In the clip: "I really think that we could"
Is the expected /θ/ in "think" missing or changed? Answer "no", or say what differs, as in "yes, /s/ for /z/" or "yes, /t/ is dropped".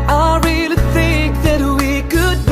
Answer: no